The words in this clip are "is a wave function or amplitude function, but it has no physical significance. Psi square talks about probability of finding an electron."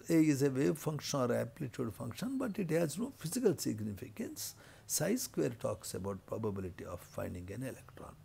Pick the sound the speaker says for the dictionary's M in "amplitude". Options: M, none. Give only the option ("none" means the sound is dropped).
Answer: none